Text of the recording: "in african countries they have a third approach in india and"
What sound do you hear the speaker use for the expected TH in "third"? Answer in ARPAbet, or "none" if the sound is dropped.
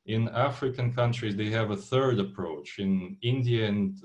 TH